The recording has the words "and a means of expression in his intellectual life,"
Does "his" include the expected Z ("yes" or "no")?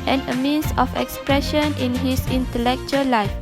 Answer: no